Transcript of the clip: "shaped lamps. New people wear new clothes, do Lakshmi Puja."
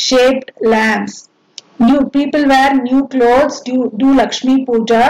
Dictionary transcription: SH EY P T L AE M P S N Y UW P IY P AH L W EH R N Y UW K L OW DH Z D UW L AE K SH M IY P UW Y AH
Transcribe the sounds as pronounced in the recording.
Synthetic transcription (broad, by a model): SH EY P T L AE M S N Y UW P IY P AH L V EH R N Y UW K L OW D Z D UW L AE K SH M IY P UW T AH